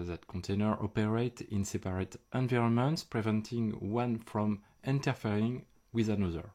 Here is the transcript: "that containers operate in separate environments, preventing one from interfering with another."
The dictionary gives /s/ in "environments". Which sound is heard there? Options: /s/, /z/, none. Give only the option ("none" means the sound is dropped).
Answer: /s/